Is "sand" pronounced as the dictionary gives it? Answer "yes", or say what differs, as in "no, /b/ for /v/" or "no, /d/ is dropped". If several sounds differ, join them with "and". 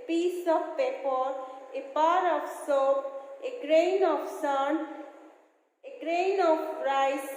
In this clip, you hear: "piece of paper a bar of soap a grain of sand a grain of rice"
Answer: no, /d/ is dropped